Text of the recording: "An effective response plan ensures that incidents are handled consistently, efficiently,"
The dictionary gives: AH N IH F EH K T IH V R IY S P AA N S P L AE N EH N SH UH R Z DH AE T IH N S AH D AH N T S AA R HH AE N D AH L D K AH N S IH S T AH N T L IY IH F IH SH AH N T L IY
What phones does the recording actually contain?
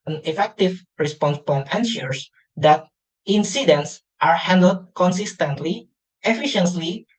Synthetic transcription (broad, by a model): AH N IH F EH K T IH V R IY S P AA N S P AO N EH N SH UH R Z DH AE T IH N S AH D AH N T S AA R HH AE N D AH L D K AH N S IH S T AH N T L IY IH F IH SH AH N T L IY